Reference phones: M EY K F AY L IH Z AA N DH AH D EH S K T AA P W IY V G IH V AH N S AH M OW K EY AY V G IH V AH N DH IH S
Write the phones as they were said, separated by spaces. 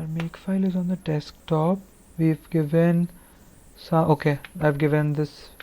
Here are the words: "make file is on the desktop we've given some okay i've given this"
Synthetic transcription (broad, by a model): M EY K F AY L IH Z AA N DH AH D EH S K T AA P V IY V G IH V AH N S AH OW K EY AY V G IH V AH N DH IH S